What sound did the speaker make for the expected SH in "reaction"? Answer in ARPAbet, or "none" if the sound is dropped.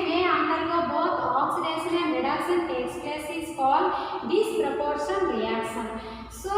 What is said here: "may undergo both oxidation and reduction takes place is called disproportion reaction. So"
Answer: S